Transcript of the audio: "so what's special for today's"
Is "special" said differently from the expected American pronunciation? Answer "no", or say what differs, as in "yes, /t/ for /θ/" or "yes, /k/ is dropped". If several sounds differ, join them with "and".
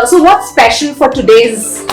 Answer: yes, /n/ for /l/